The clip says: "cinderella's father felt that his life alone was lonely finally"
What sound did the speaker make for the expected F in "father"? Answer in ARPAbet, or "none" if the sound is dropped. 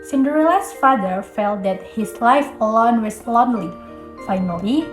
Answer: F